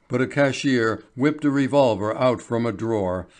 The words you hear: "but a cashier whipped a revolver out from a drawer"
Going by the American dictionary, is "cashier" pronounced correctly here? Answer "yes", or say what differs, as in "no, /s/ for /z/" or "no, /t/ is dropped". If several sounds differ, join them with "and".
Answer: yes